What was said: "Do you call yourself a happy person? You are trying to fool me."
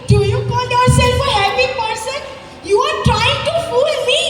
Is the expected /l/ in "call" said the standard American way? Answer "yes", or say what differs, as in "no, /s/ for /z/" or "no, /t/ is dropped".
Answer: no, /n/ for /l/